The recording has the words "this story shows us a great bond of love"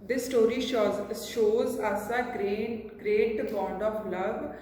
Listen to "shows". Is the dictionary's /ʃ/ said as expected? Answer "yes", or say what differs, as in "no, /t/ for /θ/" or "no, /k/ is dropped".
yes